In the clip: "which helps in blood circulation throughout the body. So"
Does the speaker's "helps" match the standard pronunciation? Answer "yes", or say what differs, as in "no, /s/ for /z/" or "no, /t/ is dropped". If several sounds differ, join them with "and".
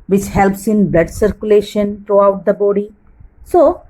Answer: yes